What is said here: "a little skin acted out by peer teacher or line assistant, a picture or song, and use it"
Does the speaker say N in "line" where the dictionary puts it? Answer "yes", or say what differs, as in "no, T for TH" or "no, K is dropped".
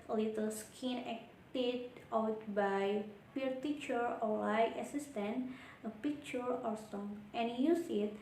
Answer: no, N is dropped